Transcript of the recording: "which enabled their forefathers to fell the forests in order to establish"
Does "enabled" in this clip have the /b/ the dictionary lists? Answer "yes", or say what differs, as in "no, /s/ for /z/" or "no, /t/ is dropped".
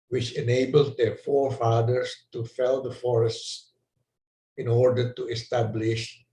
yes